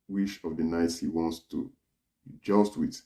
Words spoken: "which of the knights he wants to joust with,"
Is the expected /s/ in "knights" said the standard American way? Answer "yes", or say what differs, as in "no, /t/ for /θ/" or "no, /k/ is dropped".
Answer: yes